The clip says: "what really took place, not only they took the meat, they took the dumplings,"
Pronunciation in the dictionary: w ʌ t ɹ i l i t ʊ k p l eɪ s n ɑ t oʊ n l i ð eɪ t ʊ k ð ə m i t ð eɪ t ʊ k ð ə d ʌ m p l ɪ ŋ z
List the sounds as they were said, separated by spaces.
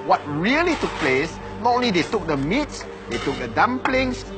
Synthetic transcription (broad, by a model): w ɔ t ɹ i l i t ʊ k p l eɪ s n ɑ t oʊ n l i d eɪ t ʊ k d ə m i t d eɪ t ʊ k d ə d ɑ m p l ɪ ŋ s